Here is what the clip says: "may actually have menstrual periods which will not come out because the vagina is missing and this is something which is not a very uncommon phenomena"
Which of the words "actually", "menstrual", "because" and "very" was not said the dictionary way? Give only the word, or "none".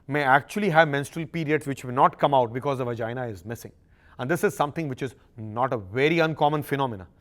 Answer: none